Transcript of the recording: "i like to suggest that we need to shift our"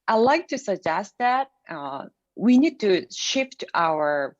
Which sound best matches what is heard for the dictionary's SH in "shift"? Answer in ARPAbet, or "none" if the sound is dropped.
SH